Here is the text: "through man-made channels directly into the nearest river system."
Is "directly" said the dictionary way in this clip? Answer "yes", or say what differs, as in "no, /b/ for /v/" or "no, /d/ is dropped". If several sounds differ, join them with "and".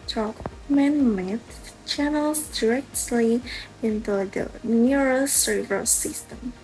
yes